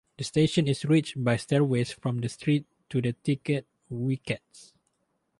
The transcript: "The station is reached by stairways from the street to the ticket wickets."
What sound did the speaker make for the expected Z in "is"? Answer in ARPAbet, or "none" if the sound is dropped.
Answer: S